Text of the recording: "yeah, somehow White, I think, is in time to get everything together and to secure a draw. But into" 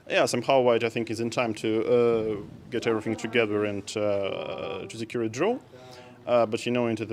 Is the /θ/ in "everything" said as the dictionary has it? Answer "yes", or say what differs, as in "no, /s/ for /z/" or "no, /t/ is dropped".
yes